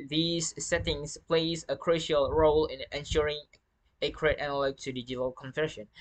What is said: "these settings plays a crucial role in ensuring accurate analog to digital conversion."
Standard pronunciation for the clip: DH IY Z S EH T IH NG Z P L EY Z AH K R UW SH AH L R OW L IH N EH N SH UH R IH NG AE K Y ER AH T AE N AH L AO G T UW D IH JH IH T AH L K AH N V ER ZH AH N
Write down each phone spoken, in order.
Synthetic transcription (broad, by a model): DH IY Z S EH T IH NG S P L EY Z AH K R UW SH AH L R OW L IH N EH N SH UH R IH NG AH K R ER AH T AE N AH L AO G T UW D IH JH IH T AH L K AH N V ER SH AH N